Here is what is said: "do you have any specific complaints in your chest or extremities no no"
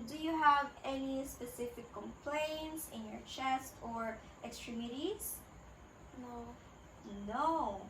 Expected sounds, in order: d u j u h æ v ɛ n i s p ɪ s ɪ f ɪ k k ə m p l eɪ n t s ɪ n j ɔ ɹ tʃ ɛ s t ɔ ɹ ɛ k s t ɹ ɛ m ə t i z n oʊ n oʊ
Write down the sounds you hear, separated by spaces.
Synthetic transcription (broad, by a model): d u j u h æ v ɛ n i s p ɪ s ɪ f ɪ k k ə m p l eɪ n t s ɪ n j ɔ ɹ tʃ ɛ s t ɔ ɹ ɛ k s t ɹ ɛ m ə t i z n oʊ n oʊ